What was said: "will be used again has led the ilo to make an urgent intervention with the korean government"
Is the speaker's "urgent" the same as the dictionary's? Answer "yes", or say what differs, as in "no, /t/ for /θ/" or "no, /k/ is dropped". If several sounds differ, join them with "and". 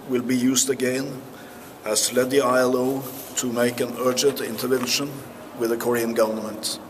yes